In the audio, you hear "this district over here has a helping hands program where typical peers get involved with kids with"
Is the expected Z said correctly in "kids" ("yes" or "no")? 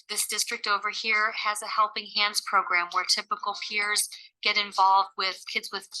yes